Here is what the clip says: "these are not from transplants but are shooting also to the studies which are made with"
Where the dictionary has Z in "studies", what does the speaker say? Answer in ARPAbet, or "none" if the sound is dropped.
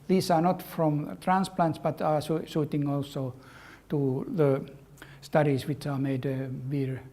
S